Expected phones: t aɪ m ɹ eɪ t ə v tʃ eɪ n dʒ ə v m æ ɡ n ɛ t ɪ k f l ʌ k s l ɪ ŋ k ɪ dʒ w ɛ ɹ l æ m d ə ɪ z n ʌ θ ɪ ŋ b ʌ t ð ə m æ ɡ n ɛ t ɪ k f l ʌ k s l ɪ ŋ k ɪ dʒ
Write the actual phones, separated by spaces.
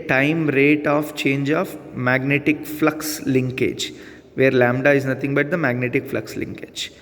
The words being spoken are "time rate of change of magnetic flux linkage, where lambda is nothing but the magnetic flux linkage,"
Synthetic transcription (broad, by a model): t aɪ m ɹ eɪ t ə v tʃ eɪ n dʒ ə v m æ ɡ n ɛ t ɪ k f l ʌ k s l ɪ ŋ k ɪ dʒ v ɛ ɹ l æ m d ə ɪ z n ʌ t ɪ ŋ b ʌ t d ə m æ ɡ n ɛ t ɪ k f l ʌ k s l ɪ ŋ k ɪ dʒ